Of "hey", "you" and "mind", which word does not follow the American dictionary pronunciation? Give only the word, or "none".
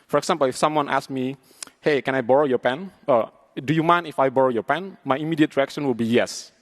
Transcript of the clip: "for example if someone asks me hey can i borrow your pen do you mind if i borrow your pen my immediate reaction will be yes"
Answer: mind